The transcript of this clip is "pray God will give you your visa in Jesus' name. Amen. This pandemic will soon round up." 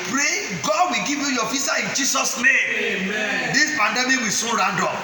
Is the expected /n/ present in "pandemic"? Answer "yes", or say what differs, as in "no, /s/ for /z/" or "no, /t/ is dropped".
yes